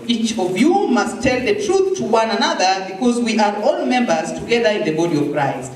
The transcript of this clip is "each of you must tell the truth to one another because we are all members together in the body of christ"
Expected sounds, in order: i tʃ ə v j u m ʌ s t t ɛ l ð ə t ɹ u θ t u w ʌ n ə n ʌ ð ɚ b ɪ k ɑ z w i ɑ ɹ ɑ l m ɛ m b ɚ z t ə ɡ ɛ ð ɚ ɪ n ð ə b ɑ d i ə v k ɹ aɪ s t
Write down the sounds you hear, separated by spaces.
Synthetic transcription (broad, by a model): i tʃ ə v j u m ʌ s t t ɛ l ð ə t ɹ u θ t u w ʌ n ə n ʌ ð ɚ b ɪ k ɑ z w i ɑ ɹ ɑ l m ɛ m b ɚ z t ə ɡ ɛ ð ɚ ɪ n ð ə b ɑ d i ə v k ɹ aɪ s t